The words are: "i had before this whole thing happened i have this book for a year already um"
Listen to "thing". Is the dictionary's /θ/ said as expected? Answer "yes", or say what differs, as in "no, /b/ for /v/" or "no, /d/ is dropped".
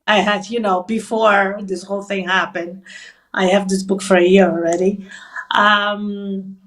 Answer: yes